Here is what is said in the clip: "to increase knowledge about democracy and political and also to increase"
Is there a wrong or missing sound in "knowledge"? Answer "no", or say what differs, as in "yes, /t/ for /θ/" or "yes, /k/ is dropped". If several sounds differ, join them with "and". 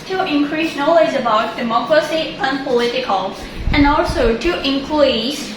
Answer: yes, /z/ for /dʒ/